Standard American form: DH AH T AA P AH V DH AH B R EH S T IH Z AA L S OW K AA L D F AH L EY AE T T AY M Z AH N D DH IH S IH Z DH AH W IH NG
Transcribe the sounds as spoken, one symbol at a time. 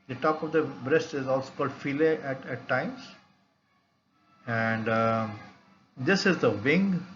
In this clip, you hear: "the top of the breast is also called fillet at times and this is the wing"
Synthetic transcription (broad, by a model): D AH T AA P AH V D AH B R EH S T IH Z AA L S OW K AA L D F AH L EY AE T T AY M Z AH N D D IH S IH Z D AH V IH NG